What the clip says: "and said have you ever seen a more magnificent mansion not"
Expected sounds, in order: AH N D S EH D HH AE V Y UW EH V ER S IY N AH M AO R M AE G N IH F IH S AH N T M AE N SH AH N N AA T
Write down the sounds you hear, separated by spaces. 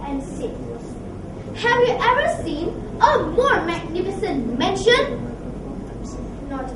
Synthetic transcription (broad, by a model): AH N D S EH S HH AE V Y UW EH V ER S IY N AH M AO R M AE G N IH F IH S AH N T M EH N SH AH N N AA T